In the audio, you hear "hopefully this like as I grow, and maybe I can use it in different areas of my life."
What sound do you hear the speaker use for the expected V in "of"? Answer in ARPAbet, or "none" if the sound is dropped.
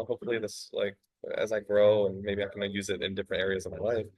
V